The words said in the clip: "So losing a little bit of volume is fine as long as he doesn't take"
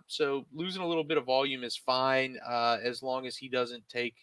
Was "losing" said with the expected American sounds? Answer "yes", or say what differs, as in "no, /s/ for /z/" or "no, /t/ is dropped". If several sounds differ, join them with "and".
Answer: yes